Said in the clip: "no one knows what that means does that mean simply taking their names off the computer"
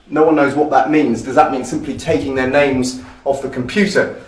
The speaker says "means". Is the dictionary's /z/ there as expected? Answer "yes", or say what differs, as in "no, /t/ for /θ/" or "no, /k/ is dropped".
yes